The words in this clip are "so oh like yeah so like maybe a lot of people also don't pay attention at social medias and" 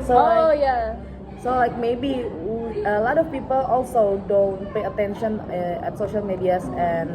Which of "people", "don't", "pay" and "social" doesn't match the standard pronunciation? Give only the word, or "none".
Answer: none